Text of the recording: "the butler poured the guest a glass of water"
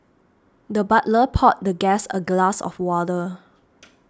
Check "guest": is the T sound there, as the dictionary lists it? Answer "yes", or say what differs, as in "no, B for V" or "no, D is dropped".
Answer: no, T is dropped